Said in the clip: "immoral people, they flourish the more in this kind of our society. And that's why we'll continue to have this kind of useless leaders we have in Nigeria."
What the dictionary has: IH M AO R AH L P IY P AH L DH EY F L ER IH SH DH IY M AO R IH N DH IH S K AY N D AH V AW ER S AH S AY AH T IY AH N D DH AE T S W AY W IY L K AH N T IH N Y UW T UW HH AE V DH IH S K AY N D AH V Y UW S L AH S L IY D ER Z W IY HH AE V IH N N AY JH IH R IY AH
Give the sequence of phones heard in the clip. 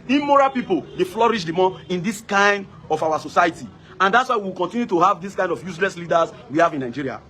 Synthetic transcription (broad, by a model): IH M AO R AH P IY P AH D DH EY F L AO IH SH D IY M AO IH N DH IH S K AY N D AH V AW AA S AH S AY AH T IY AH N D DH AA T S W AY W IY W K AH N T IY N Y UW T UW HH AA V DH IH S K AY N D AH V Y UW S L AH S L IY D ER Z W IY HH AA V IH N N AY JH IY R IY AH